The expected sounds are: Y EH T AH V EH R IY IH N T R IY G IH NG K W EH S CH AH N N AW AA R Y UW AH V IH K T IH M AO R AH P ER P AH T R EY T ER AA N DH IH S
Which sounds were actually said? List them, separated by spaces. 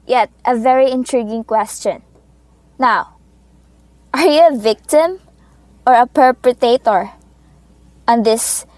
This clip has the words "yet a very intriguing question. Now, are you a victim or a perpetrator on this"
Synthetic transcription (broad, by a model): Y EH T AH V EH R IY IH N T R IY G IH NG K W EH S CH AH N N AW AA R Y UW AH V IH K T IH M AO R AH P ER P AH T EY T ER AA N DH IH S